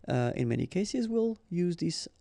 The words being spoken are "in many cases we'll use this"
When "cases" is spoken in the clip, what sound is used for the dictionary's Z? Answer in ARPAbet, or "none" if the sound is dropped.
Z